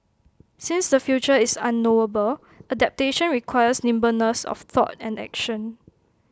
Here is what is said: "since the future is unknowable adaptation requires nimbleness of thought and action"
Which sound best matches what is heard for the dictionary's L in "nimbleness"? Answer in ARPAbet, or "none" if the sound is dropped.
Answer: none